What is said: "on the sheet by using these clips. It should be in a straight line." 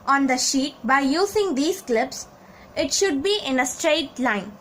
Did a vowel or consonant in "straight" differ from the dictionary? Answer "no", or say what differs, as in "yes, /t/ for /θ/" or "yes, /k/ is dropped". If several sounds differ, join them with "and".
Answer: no